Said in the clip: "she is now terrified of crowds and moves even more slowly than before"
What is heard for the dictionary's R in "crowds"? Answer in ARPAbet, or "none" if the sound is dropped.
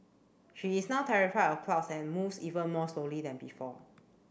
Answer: L